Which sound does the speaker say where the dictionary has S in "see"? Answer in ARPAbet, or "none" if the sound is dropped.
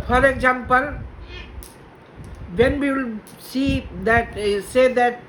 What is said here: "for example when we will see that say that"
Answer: S